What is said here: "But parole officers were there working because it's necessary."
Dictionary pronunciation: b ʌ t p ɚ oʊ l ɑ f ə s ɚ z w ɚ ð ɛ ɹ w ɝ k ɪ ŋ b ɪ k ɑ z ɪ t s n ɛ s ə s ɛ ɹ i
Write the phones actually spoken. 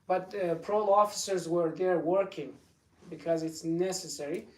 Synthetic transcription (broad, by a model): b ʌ t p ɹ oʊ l ɑ f ə s ɚ z w ɚ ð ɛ ɹ w ɝ k ɪ ŋ b ɪ k ɑ z ɪ t s n ɛ s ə s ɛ ɹ i